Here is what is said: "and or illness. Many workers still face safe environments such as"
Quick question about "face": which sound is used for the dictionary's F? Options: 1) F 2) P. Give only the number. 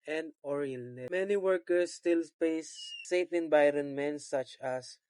2